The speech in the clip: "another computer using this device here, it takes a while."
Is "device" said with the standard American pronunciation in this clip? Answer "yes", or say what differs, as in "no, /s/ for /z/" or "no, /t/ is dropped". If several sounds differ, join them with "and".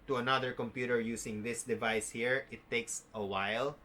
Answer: yes